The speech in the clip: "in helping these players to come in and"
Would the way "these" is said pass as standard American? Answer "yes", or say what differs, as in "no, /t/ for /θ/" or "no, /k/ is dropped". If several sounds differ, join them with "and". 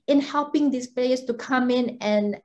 no, /s/ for /z/